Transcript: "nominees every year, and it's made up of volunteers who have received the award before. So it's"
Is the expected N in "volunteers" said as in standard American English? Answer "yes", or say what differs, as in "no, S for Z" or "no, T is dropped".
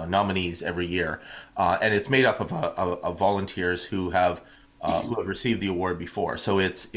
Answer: yes